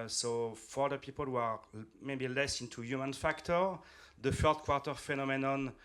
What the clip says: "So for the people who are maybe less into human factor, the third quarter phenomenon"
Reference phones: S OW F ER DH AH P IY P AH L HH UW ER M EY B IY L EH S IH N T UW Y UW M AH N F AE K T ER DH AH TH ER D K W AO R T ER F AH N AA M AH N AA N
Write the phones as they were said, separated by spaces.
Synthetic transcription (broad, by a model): S OW F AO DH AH P IY P AH L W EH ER M EY B IY L EH S IH N T UW Y UW M AH N F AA K T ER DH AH F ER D K W AO R T ER F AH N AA M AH N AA N